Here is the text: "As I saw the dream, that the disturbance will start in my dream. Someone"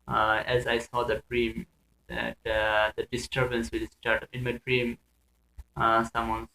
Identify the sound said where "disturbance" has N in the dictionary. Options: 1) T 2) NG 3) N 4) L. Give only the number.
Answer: 3